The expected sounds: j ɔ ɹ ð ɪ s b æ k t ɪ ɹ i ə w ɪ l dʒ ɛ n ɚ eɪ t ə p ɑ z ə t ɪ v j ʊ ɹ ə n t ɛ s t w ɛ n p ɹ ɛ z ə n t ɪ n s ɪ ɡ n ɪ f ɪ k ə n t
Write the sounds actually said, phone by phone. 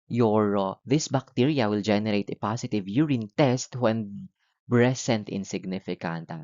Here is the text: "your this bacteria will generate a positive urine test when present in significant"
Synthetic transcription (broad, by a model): j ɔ ɹ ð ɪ s b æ k t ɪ ɹ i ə w ɪ l dʒ ɛ n ɚ eɪ t ə p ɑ s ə t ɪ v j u ɹ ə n t ɛ s t w ɛ n b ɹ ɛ s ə n t ɪ n s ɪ ɡ n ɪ f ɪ k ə n t